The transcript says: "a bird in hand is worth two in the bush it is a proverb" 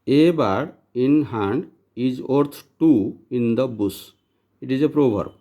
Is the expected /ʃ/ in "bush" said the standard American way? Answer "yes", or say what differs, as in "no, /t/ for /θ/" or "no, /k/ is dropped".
no, /s/ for /ʃ/